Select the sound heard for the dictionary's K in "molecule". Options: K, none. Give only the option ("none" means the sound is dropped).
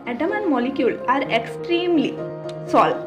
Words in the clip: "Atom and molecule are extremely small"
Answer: K